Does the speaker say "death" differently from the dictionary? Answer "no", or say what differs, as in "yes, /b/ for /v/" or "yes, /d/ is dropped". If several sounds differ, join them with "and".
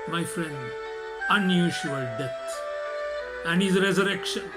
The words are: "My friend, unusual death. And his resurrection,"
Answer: yes, /s/ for /θ/